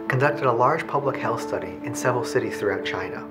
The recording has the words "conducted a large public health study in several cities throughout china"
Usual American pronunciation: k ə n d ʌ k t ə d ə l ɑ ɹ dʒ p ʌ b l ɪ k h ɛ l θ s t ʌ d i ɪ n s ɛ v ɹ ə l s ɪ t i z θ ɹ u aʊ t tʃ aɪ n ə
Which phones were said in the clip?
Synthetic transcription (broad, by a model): k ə n d ʌ k t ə d ə l ɑ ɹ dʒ p ʌ b l ɪ k h ɛ l θ s t ʌ d i ɪ n s ɛ v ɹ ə l s ɪ t i z θ ɹ u aʊ t tʃ aɪ n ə